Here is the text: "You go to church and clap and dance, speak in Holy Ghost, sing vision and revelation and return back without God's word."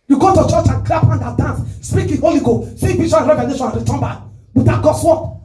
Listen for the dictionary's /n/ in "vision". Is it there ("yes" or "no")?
no